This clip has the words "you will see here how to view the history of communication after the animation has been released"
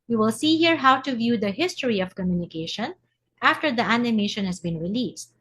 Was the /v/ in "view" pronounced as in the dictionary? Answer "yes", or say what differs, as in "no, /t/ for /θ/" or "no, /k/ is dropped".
yes